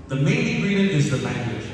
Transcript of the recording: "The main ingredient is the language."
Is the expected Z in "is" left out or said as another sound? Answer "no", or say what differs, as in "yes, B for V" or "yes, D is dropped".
no